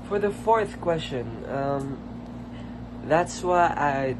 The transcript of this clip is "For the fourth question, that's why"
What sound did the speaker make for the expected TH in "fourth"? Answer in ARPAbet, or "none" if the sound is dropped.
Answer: TH